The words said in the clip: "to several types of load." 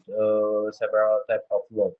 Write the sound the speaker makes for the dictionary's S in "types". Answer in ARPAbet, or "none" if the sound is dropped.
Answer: none